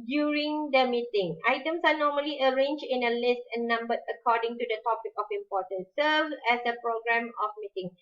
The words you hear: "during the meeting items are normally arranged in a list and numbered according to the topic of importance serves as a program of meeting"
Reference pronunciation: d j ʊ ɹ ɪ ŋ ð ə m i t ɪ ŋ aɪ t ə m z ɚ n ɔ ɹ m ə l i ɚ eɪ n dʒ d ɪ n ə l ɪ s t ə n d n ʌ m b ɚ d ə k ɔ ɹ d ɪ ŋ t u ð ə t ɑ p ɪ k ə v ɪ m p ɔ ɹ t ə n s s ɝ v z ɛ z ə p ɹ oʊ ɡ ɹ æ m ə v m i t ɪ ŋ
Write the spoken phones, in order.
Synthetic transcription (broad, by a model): d j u ɹ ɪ ŋ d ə m i t ɪ ŋ aɪ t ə m s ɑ n ɔ m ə l i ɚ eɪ n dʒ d ɪ n ə l ɪ s t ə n n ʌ m b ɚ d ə k ɔ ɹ d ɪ ŋ t u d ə t ɑ p ɪ k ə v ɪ m p ɔ t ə n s s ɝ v ɛ s ə p ɹ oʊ ɡ ɹ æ m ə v m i t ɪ ŋ